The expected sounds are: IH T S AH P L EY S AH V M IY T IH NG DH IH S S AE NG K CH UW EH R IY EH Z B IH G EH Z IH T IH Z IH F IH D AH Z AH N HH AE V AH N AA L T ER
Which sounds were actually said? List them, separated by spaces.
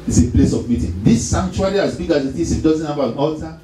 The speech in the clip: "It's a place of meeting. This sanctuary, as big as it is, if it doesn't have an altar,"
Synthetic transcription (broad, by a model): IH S AH P L EY S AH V M IY T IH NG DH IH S S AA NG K CH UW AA L IY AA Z B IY G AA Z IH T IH S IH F D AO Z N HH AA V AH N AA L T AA